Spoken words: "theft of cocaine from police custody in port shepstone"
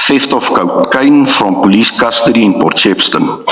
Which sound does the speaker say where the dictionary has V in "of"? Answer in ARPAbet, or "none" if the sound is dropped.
F